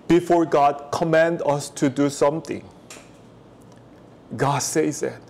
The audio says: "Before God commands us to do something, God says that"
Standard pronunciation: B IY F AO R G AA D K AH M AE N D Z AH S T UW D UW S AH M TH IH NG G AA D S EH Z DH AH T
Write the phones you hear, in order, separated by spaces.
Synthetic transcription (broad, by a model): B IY F AO R G AA D K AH M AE N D AH S T UW D UW S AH M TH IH NG G AA D S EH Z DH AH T